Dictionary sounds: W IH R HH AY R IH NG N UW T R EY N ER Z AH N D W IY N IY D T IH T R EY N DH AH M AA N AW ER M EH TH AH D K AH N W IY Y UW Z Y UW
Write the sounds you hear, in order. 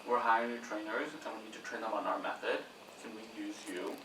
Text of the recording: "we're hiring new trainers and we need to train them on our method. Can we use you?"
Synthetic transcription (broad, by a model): W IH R HH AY IH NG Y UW T R EY N ER Z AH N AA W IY N IY D T IH T R EY N DH AH M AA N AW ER M EH TH AH D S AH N W IY Y UW Z Y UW